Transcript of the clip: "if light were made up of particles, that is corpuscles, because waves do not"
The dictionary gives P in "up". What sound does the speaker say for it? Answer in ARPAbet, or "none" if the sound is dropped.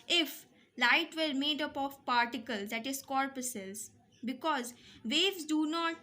P